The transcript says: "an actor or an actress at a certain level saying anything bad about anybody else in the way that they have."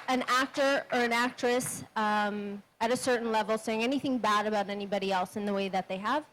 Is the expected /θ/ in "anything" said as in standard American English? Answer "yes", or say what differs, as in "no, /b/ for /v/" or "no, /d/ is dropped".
yes